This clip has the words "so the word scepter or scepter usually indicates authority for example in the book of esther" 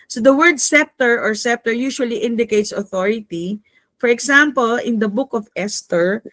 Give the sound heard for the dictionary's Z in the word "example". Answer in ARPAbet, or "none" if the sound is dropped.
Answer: S